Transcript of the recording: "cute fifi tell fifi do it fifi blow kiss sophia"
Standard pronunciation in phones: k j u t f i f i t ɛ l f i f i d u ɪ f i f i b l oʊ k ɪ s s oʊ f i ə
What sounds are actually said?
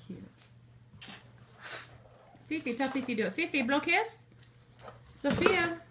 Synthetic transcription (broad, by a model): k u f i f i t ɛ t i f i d ɪ f i f i b l oʊ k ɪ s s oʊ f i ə